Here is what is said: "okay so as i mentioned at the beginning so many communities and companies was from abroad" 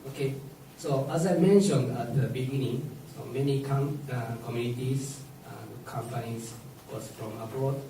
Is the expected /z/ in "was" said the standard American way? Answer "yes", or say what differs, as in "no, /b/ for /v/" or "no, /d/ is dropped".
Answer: no, /s/ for /z/